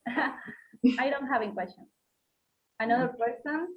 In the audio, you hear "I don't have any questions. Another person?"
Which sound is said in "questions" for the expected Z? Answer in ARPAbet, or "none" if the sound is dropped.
none